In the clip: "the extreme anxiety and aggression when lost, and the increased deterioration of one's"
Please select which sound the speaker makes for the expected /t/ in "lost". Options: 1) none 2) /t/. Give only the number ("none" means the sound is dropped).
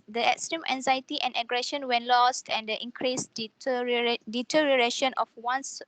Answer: 2